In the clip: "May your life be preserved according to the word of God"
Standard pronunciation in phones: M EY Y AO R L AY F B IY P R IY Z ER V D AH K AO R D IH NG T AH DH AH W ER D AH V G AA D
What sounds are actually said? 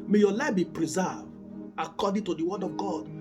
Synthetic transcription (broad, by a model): M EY Y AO L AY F B IY P R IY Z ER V AH K AO D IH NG T AH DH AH W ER D AH V G AA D